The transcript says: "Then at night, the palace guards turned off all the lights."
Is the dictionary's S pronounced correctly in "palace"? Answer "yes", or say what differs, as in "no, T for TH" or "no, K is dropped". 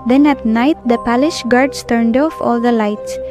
no, SH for S